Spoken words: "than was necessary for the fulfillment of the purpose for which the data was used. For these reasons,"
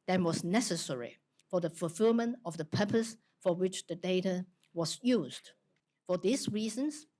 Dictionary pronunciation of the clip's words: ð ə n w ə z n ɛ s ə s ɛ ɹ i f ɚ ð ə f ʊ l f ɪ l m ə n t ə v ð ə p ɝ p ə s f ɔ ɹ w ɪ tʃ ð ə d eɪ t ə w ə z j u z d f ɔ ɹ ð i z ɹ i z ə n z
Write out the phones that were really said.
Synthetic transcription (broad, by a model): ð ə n w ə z n ɛ s ə s ɛ ɹ i f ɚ ð ə f ʊ l f ɪ l m ə n t ə v ð ə p ɝ p ə s f ɔ ɹ w ɪ tʃ ð ə d eɪ t ə w ə z j u z d f ɔ ɹ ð i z ɹ i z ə n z